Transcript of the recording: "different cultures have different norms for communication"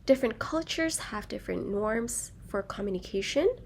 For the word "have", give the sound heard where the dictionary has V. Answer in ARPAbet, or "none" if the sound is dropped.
V